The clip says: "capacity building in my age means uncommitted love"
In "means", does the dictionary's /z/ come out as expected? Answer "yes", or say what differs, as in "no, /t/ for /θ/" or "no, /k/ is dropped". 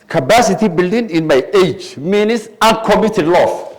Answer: no, /s/ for /z/